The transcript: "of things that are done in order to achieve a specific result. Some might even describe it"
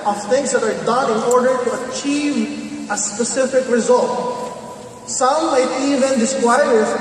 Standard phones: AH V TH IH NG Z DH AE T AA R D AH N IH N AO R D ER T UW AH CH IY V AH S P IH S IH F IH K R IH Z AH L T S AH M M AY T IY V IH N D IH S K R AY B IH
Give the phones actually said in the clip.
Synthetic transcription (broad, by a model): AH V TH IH NG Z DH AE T AA R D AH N IH N AO R D ER T UW AH CH IY V AH S P IH S IH F IH K R IH Z AH L T S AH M M AY T IY V IH N D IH S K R AY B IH